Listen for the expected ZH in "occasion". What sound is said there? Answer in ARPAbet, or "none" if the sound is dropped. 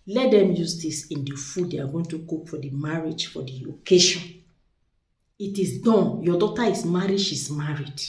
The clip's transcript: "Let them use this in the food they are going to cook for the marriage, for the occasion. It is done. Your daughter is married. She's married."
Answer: SH